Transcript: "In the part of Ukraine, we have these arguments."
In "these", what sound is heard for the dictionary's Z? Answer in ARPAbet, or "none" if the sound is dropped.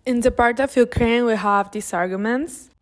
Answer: S